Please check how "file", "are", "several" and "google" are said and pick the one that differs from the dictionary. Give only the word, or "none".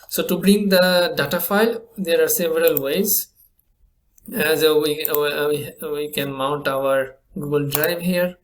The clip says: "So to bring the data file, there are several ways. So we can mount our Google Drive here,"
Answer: none